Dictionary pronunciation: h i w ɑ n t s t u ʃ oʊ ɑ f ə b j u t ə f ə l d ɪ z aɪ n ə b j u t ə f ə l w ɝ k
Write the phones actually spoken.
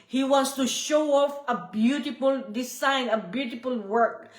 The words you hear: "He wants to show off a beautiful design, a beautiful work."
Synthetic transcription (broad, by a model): h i w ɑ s t u ʃ oʊ ɑ f ə b j u t ə f ə l d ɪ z aɪ n ə b j u t ə f ə l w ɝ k